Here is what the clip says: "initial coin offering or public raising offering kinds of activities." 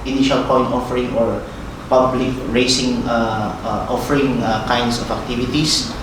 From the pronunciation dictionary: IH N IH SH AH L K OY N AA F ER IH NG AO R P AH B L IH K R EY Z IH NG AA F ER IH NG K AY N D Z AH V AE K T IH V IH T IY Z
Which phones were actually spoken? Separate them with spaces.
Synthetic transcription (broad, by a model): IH N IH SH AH L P OY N AA F ER IH NG AO R P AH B L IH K R EY S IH NG AA F ER IH NG K AY N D S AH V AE K T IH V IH T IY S